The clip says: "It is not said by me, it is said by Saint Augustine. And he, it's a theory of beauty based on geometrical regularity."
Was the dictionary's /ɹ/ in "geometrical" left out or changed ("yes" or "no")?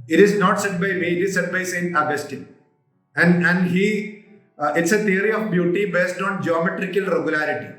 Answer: no